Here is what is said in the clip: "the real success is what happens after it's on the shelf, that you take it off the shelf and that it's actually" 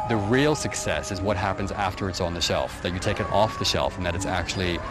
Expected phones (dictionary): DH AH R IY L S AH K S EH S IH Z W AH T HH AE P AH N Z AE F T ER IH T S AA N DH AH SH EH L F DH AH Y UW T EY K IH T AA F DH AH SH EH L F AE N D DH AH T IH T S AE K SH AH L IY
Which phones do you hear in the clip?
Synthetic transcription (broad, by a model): DH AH R IY L S AH K S EH S IH Z W AH T HH AE P AH N Z AE F T ER IH T S N DH AH SH EH L F DH AH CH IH T EY K IH T AA F DH AH SH EH L F N DH AH T IH T S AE K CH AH L IY